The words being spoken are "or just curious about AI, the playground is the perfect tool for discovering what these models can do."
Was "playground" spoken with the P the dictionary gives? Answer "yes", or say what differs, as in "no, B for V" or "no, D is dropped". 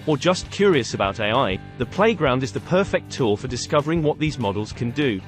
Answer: yes